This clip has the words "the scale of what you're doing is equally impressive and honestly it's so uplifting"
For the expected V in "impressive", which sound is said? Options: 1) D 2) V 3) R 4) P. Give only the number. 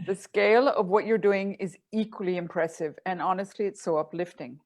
2